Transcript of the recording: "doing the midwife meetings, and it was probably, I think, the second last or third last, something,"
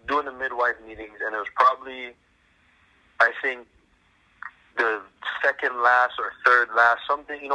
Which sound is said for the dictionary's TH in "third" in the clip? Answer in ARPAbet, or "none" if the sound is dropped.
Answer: TH